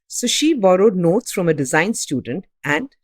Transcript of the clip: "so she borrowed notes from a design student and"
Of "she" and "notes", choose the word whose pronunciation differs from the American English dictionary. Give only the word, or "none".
none